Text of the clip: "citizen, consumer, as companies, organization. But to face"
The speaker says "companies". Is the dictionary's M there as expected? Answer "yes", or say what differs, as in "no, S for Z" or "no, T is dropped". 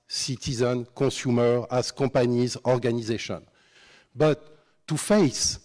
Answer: no, M is dropped